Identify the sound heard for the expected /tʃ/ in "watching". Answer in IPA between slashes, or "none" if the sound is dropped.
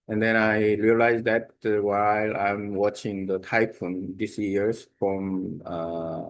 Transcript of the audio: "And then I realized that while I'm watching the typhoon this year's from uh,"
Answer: /tʃ/